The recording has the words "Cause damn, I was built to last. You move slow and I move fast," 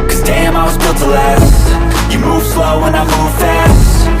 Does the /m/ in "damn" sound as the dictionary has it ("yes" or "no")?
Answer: yes